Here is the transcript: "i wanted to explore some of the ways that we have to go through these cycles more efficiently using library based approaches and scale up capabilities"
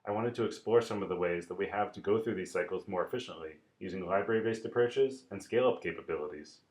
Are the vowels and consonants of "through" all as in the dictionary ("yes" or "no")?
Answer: yes